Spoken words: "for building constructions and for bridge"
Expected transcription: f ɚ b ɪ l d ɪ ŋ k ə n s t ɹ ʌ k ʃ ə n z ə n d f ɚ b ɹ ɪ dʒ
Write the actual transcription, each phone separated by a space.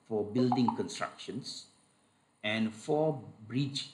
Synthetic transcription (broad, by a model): f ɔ b ɪ l d ɪ ŋ k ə n s t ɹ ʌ k ʃ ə n s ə n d f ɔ b ɹ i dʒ